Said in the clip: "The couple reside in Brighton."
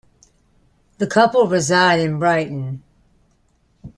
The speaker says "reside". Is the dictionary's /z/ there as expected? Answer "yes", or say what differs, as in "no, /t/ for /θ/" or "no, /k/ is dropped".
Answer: yes